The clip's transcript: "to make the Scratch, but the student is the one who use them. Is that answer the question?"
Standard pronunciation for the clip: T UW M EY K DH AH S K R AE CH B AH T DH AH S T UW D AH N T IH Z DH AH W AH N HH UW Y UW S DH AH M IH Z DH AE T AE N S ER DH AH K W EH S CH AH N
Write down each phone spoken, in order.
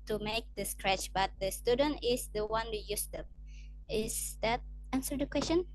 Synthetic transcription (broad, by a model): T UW M EY K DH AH S K R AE CH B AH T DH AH S T UW D AH N T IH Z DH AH W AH N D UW Y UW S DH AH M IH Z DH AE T AE N S ER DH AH K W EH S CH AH N